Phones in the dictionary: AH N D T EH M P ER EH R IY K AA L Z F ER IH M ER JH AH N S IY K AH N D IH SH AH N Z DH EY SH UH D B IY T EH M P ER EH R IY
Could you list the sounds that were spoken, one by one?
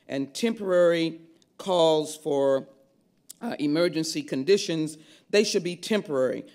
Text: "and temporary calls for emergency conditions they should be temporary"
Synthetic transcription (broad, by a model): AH N T EH M P ER EH R IY K AA L Z F ER IH M ER JH AH N S IY K AH N D IH SH AH N Z DH EY SH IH D B IY T EH M P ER EH R IY